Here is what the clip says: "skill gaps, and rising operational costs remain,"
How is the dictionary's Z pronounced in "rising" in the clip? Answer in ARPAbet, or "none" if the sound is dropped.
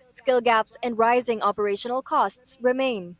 Z